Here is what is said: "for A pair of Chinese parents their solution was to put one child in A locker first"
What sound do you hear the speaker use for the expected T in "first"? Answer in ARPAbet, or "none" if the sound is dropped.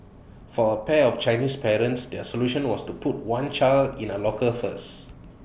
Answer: none